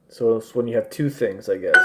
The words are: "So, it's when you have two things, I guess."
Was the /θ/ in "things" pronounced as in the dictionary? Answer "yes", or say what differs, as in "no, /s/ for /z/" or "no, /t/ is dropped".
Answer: yes